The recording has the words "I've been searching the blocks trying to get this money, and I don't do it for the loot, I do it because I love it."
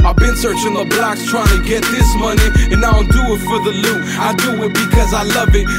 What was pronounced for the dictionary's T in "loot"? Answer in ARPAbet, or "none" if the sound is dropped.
none